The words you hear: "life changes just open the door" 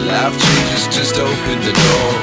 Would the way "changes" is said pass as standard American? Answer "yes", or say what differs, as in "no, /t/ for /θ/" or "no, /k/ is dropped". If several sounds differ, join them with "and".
no, /n/ is dropped and /s/ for /z/